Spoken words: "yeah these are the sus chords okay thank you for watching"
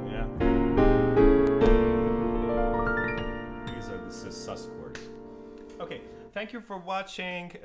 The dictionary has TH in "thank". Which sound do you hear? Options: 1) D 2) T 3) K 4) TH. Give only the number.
4